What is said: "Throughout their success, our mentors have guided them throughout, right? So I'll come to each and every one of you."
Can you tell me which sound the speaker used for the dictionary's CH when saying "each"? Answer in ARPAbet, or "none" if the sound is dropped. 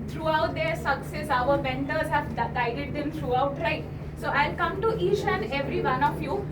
SH